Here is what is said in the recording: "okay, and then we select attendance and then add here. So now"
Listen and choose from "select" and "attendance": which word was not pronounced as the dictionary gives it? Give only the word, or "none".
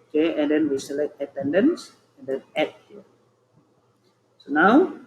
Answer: none